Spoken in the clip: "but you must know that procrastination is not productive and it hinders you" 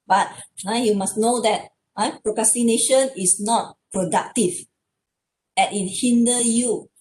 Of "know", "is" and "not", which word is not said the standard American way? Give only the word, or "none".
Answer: is